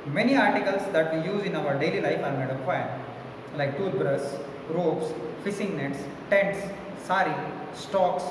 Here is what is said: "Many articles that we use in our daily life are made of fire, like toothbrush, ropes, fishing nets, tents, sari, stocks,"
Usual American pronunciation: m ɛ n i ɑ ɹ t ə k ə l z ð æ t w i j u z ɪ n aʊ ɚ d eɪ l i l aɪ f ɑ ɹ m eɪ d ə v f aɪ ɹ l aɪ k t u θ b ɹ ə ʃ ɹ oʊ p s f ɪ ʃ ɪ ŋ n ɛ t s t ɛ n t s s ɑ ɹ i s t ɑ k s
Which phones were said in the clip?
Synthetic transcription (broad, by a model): m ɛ n i ɑ ɹ t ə k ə l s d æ t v i j u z ɪ n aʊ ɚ d eɪ l i l aɪ f ɑ ɹ m eɪ d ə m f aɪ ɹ l aɪ k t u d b ɹ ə s ɹ oʊ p s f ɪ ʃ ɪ ŋ n ɛ t s t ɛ n t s s ɑ ɹ i s t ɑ k s